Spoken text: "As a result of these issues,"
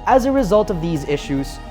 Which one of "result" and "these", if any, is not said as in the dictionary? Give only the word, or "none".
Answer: none